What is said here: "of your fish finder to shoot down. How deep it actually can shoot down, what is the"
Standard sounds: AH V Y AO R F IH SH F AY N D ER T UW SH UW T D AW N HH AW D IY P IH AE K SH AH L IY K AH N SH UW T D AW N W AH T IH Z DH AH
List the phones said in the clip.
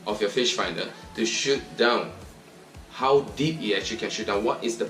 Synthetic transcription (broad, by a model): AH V Y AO F IH SH F AY N D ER T UW SH UW T D AW N HH AW D IY P IH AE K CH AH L IY K AH N SH UW T D AW N W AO T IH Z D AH